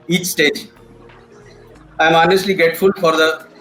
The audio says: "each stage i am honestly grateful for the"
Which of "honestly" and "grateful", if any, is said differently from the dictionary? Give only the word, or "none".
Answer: grateful